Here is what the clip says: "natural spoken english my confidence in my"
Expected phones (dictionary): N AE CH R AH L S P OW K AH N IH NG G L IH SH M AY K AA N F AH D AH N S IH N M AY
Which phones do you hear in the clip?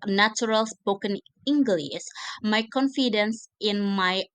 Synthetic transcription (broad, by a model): N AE CH R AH L S P OW K AH N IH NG G L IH S M AY K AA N F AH D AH N S IH N M AY